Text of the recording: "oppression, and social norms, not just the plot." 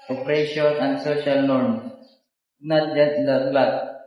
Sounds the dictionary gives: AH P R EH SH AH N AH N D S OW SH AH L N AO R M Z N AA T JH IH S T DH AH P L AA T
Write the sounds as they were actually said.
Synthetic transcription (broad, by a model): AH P R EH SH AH N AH N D S OW SH AH L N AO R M S N AA T JH IH S T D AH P L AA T